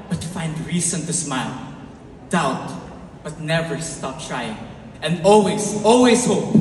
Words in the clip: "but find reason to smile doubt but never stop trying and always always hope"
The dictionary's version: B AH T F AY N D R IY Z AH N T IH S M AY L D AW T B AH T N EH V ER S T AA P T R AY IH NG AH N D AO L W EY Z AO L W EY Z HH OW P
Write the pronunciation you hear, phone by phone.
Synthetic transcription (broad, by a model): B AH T F AY N D R IY S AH N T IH S M AY L D AW T B AH T N EH V ER S T AA P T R AY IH NG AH N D AO L W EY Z AO L W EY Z HH OW P